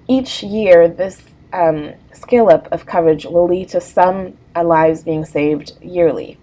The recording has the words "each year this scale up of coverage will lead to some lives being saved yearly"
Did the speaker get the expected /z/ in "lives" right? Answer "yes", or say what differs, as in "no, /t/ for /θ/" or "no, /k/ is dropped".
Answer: yes